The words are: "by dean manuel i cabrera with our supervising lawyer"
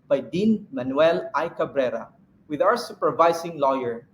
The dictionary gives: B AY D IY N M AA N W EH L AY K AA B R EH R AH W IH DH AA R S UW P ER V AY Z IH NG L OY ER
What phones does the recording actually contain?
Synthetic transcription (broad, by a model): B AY D IY N M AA N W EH L AY K AA B R EH R AH W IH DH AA W S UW P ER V AY S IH NG L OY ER